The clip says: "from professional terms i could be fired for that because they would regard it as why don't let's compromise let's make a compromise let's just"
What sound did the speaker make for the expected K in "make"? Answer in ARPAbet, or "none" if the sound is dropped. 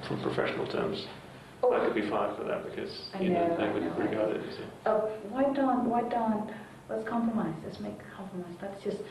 none